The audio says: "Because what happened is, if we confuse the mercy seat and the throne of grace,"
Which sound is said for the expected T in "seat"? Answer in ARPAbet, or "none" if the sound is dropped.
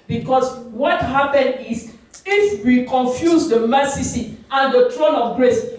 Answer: none